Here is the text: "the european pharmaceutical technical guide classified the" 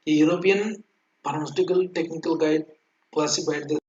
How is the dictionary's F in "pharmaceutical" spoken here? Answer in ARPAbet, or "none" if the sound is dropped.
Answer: P